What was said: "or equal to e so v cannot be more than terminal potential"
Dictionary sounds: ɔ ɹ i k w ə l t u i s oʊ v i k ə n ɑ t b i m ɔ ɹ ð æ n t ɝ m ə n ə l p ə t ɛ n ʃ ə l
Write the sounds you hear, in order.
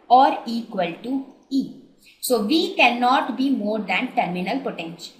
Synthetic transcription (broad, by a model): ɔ ɹ i k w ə l t u i s oʊ v i k ə n ɑ t b i m ɔ ɹ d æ n t ɝ m ə n ə l p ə t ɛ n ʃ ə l